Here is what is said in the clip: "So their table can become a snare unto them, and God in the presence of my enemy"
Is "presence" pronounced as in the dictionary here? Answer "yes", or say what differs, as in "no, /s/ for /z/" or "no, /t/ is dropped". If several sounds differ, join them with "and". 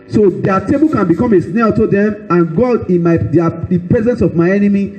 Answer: yes